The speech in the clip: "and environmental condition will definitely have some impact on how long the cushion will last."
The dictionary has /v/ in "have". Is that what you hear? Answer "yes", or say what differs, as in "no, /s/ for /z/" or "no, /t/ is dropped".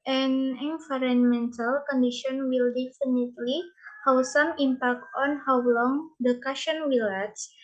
no, /w/ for /v/